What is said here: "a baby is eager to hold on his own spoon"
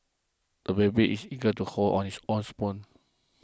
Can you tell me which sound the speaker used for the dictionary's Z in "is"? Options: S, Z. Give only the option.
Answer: S